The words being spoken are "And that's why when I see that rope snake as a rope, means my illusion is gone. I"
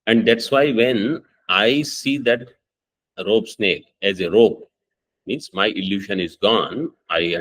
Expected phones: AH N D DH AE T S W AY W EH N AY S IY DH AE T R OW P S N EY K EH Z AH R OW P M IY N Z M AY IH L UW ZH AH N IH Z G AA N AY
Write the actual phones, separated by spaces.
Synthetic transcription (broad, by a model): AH N D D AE T S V AY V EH N AY S IY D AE T R OW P S N EY K EH Z AH R OW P M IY N S M AY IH L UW SH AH N IH Z G AA N AY